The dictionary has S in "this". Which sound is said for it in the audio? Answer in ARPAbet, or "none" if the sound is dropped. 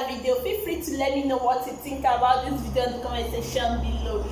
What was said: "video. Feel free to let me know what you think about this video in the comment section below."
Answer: none